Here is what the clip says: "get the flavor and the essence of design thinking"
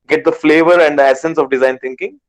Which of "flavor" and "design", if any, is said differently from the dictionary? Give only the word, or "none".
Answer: none